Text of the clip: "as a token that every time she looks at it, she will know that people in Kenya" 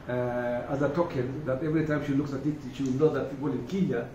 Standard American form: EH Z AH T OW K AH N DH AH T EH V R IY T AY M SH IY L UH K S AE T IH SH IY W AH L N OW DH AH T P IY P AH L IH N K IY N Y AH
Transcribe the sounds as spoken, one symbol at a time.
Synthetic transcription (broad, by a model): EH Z AH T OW K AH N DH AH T EH V R IY T AY M SH IY L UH K S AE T IH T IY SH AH W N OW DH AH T P IY P AH L IH N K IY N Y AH